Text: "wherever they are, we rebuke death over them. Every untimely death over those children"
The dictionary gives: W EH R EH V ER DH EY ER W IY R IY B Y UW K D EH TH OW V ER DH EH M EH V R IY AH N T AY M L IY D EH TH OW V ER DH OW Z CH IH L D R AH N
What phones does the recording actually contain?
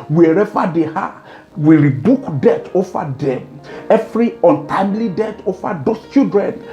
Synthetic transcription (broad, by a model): W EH R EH V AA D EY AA W IY R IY B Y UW K D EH T OW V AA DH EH M EH V R IY AH N T AY M L IY D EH T OW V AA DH OW S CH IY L D R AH N